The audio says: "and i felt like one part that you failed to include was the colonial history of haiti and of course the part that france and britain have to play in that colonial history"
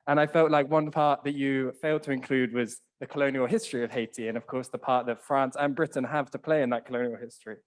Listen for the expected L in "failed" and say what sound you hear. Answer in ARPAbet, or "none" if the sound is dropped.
L